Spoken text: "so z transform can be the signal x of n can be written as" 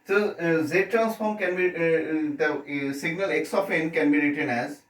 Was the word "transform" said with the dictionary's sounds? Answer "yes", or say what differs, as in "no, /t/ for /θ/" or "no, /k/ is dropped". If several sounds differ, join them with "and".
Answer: yes